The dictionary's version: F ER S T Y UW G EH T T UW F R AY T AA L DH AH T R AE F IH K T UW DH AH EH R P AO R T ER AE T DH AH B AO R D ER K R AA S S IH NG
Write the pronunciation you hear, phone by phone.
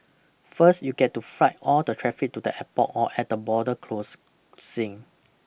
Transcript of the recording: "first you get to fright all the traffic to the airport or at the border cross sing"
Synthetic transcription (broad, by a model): F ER S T Y UW G EH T T UW F R AY T AA L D AH T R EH F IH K T UW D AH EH P AO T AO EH T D AH B AO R D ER K L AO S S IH NG